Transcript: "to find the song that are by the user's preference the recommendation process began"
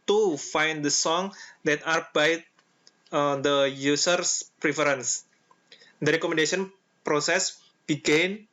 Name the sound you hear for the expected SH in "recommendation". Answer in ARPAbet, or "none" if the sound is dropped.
S